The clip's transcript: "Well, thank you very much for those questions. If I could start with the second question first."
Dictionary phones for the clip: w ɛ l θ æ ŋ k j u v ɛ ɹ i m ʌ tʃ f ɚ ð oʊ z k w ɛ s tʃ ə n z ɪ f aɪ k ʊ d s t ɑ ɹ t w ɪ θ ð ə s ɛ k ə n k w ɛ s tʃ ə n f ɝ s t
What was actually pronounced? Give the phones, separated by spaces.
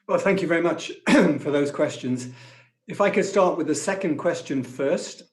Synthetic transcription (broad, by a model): w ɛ l θ æ ŋ k j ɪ v ɛ ɹ i m ʌ tʃ f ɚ ð oʊ z k w ɛ s tʃ ə n z ɪ f aɪ k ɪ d s t ɑ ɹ t w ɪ ð ə s ɛ k ə n k w ɛ s tʃ ə n f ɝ s t